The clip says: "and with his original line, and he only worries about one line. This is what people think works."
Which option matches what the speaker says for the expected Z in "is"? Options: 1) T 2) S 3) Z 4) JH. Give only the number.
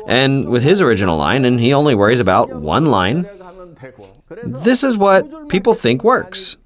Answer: 3